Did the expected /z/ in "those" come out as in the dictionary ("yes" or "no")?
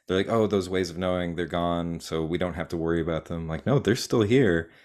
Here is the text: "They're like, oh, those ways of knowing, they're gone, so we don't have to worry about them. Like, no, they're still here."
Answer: yes